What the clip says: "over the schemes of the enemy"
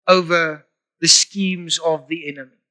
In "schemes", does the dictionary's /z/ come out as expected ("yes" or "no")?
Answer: yes